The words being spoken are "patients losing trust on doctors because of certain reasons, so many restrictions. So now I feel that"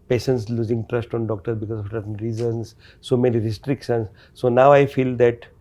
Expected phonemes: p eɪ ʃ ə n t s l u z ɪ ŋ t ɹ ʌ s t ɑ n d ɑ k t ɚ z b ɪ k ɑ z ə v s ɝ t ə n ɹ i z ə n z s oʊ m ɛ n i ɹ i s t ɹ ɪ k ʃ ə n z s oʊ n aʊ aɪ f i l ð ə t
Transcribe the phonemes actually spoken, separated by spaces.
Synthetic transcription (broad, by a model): p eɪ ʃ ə n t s l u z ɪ ŋ t ɹ ʌ s t ɑ n d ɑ k t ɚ b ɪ k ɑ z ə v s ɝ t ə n ɹ i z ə n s s oʊ m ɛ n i ɹ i s t ɹ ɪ k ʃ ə n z s oʊ n aʊ aɪ f i l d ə t